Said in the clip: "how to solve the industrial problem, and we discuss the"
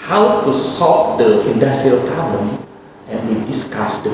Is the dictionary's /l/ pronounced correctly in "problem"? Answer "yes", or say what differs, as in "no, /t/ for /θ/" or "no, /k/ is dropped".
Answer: no, /l/ is dropped